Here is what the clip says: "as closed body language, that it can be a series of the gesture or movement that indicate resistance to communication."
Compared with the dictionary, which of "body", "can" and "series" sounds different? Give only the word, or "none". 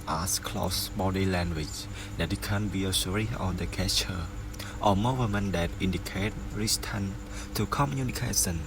series